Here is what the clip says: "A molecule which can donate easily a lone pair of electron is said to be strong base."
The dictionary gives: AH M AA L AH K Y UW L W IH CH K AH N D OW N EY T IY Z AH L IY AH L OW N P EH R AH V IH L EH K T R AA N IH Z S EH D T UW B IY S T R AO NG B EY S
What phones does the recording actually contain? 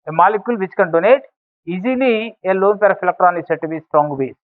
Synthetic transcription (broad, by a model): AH M AA L AH K Y UW L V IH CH K AH N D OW N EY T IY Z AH L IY AH L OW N P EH R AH P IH L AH K T R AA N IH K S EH T UW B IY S T R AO NG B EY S